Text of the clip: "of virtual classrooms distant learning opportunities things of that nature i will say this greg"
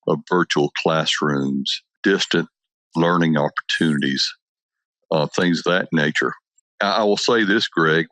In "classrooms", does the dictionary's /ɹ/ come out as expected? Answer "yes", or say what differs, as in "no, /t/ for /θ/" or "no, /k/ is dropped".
yes